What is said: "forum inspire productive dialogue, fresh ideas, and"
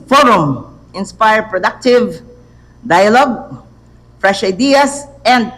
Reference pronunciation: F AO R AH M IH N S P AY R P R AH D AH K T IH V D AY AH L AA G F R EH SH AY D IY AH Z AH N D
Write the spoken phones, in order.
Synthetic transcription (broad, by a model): F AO R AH M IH N S P AY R P R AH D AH K T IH V D AY AH L AA G F R EH SH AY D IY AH S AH N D